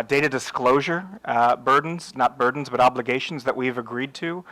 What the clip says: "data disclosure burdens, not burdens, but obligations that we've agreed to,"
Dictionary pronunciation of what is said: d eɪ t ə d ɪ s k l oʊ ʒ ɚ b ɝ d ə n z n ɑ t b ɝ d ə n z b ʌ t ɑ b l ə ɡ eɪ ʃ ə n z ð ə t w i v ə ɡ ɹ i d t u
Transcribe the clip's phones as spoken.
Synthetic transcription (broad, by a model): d eɪ t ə d ɪ s k l oʊ ʒ ɚ b ɝ d n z n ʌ t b ɝ d n z b ʌ t ɑ b l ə ɡ eɪ ʃ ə n z ð ə t w i v ə ɡ ɹ i d t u